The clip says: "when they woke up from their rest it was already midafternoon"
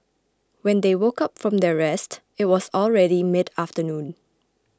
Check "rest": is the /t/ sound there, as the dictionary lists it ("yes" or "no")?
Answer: yes